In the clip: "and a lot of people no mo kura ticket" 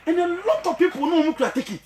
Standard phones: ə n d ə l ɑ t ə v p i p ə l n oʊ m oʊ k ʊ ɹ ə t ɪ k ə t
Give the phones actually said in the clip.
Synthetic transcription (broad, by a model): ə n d ə l ɑ t ə v p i p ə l n oʊ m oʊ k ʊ ə t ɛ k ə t